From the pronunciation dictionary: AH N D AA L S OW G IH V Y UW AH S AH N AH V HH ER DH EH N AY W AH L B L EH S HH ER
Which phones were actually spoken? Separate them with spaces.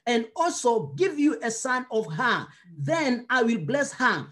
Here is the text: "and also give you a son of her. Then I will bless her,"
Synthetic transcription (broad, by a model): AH N D AA L S OW G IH V Y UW AH S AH N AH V HH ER DH EH N AY W AH L B L EH S HH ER